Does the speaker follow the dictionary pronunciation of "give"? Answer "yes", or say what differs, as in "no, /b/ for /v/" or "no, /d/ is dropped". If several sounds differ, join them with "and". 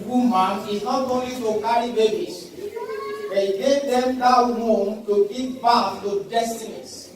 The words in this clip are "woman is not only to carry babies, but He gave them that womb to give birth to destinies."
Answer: no, /p/ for /v/